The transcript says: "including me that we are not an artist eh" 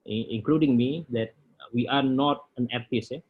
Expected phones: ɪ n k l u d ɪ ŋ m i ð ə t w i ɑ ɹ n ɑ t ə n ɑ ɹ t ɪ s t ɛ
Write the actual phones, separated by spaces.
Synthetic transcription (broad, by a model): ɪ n k l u d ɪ ŋ m i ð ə t w i ɑ ɹ n ɑ t ə n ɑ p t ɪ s ɛ